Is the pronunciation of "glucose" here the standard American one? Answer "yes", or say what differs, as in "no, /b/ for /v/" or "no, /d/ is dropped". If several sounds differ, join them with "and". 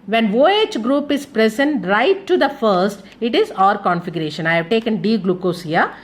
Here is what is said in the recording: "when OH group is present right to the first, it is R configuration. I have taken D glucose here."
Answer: yes